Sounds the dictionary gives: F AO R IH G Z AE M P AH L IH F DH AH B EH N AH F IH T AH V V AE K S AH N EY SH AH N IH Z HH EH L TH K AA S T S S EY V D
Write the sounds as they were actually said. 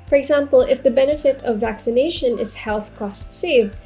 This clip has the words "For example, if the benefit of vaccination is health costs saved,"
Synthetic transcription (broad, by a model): F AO R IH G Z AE M P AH L IH F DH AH B EH N AH F IH T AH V V AE K S AH N EY SH AH N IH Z HH EH L TH K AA S T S S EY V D